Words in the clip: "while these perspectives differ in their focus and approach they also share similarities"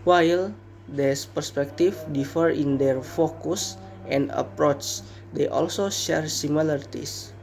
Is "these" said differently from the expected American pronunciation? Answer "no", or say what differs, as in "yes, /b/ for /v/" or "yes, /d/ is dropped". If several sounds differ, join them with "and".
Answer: yes, /s/ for /z/